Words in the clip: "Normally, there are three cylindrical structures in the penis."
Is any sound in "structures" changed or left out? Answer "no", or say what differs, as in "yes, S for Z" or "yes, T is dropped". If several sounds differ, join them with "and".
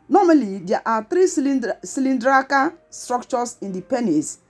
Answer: yes, S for Z